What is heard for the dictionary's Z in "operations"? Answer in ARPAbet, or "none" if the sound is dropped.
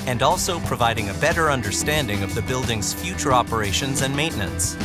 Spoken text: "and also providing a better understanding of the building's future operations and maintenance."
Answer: Z